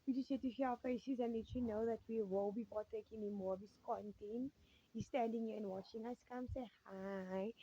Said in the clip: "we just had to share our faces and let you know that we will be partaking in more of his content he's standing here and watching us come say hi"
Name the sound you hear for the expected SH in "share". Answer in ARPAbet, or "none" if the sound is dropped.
S